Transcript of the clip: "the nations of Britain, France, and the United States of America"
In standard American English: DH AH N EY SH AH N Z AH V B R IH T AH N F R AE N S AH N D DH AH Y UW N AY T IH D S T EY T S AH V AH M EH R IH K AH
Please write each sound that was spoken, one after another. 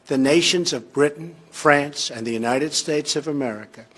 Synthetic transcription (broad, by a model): DH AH N EY SH AH N Z AH V B R IH T N F R AE N S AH N DH AH Y UW N AY T IH D S T EY T S AH V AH M EH R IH K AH